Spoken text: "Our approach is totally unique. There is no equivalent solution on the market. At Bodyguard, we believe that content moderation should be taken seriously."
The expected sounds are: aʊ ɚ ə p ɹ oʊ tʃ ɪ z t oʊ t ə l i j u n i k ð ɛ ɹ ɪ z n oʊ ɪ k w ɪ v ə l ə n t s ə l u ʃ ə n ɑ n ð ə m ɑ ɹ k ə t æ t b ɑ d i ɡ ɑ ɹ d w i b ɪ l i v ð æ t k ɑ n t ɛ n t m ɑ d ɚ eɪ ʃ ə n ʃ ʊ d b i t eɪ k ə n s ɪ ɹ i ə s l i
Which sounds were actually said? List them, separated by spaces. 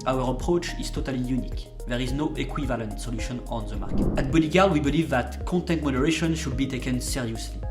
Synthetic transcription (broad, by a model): aʊ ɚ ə p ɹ oʊ tʃ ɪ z t oʊ t ə l i j u n i k ð ɛ ɹ ɪ z n oʊ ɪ k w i v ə l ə n t s ə l u ʃ ə n ɑ n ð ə m ɑ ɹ k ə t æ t b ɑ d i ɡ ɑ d w i b ɪ l i v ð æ t k ɑ n t ɛ n t m ɑ d ɚ eɪ ʃ ə n ʃ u d b i t eɪ k ə n s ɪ ɹ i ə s l i